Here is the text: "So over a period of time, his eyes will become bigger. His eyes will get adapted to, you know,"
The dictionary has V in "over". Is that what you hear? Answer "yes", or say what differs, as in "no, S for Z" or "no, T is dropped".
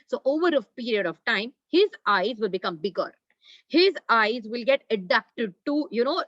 yes